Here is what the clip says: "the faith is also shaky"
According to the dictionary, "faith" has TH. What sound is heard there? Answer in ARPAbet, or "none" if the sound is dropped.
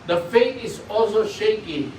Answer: T